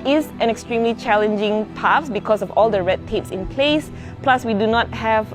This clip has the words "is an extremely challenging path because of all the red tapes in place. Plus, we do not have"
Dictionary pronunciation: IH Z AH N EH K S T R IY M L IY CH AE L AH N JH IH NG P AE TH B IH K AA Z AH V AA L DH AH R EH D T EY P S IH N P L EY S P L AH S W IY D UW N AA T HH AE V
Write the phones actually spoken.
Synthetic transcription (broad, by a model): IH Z AH N EH K S T R IY M L IY CH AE L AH N JH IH NG P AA S B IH K AA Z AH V AA L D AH R EH D T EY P S IH N P L EY S P L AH S W IY D UW N AA T HH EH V